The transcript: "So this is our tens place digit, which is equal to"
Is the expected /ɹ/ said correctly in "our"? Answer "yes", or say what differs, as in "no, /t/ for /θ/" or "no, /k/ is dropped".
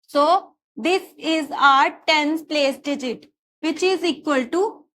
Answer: yes